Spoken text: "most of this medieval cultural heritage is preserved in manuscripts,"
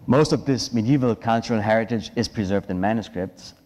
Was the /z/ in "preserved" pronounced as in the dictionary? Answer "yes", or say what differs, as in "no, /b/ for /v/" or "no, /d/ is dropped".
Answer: yes